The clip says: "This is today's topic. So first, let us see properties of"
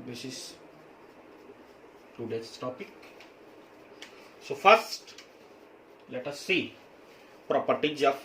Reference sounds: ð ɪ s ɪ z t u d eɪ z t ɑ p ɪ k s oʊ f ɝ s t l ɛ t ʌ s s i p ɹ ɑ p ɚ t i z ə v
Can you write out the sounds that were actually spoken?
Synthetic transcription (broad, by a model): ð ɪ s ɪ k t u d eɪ t ɑ p ɪ k s oʊ f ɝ s t l ɛ t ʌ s s i p ɹ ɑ p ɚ t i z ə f